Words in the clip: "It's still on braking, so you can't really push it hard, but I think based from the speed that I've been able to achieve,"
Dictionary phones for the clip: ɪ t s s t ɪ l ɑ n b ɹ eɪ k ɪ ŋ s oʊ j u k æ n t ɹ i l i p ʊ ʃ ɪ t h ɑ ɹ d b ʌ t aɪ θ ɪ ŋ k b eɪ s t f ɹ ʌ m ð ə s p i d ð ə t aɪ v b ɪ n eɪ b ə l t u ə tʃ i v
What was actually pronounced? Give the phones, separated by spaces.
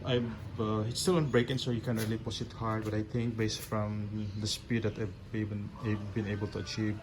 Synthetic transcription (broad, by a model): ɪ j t s t ɪ l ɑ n b ɹ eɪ k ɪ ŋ s oʊ j u k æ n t ɹ i l i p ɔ s ɪ t h ɑ ɹ d b ʌ t aɪ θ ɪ ŋ k b eɪ s t f ɹ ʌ m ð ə s p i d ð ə t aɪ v b ɪ n eɪ b ə l t u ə tʃ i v